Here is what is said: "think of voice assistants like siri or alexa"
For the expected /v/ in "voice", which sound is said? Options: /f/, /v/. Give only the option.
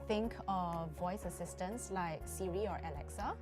/v/